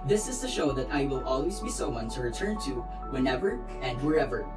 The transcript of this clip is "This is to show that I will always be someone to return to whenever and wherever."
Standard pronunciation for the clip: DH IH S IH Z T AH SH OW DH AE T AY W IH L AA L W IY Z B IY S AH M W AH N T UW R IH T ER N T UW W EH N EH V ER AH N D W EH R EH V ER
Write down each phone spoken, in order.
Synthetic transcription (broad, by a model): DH IH S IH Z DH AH SH OW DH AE T AY W IH L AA L W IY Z B IY S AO W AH N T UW R IH T ER N T UW W EH N EH V ER AH N D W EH R EH V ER